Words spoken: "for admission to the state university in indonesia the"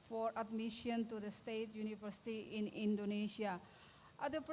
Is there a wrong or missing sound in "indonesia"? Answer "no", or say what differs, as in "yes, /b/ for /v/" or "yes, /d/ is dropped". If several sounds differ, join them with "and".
yes, /s/ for /ʒ/